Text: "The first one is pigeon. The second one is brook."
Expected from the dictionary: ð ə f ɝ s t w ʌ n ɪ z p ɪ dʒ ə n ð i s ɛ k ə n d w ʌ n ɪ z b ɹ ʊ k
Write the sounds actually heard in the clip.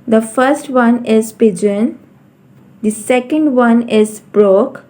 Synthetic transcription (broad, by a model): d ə f ɝ s t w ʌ n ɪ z p ɪ dʒ ə n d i s ɛ k ə n d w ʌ n ɪ z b ɹ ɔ k